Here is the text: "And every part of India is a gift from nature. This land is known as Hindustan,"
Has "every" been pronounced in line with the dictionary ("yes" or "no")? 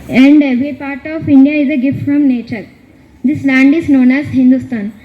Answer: no